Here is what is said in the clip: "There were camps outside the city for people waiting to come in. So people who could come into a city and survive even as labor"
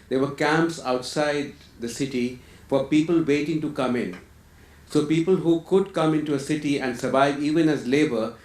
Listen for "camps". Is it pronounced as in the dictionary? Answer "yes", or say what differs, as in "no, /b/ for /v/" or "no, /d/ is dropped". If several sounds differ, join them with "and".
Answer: yes